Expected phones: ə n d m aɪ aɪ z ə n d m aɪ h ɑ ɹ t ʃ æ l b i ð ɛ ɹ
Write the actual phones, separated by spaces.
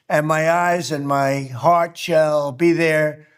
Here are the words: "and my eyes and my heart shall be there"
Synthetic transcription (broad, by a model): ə n m aɪ aɪ z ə n m aɪ h ɑ ɹ t ʃ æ l b i ð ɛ ɹ